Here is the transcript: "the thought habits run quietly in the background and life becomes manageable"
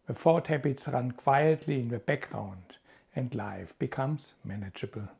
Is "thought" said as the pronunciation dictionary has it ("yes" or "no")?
no